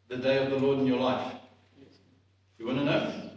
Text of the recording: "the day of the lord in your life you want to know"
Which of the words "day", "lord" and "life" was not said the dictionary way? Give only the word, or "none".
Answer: none